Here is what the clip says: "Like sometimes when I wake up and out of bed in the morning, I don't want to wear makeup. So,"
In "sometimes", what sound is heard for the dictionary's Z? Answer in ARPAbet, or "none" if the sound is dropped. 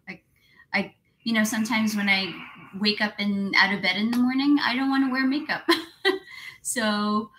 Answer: Z